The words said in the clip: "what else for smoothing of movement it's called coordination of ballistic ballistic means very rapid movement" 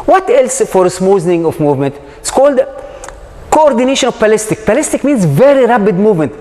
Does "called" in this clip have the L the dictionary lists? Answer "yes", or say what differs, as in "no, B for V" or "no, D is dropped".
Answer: yes